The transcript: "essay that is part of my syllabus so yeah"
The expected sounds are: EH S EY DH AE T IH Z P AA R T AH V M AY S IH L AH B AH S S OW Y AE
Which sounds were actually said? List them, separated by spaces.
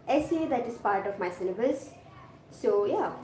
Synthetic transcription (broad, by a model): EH S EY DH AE T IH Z P AA R T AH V M AY S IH N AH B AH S S OW Y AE